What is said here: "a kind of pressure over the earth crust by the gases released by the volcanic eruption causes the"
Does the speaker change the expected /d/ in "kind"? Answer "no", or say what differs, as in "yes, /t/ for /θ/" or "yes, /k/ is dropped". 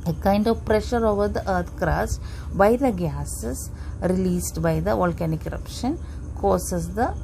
no